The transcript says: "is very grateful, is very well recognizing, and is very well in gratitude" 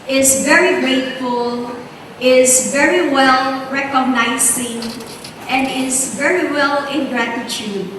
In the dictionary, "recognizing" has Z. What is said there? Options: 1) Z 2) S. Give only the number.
2